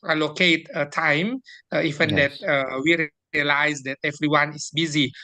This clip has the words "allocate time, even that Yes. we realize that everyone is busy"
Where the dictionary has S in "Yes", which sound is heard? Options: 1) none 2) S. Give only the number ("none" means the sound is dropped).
1